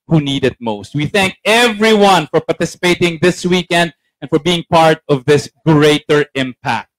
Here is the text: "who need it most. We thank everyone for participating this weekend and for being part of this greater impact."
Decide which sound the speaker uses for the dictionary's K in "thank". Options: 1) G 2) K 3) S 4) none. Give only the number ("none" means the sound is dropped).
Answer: 2